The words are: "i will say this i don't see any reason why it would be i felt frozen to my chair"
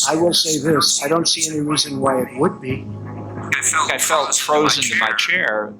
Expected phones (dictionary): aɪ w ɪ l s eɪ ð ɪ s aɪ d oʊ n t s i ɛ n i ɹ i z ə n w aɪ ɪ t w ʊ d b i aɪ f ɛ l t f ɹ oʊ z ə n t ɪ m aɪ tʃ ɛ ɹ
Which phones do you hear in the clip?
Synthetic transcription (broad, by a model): aɪ w ɪ l s eɪ ð ɪ s aɪ d oʊ n t s i ɛ n i ɹ i z ə n w aɪ ɪ t w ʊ d b i aɪ f ɛ l t f ɹ oʊ z ə n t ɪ m aɪ tʃ ɛ ɹ